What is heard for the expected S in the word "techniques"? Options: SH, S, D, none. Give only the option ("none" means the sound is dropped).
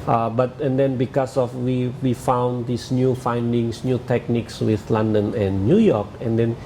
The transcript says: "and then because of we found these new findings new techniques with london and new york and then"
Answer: S